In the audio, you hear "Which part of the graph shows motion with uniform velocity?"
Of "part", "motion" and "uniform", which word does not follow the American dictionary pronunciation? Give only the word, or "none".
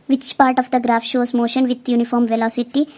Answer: none